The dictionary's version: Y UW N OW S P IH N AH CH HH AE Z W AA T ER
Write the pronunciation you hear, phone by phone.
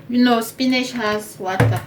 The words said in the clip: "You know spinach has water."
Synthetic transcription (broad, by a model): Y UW N OW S P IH N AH SH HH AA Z W AA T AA